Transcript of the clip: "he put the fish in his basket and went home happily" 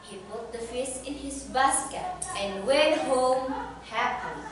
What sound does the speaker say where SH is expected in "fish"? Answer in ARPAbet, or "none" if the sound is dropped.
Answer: S